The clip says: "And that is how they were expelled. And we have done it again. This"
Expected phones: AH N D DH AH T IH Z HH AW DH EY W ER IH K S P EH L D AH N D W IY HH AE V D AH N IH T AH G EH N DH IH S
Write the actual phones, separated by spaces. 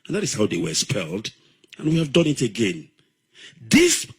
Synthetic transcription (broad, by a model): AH N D DH AH T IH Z HH AW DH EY W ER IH S P EH L D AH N W IY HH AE V D AH N IH T AH G EH N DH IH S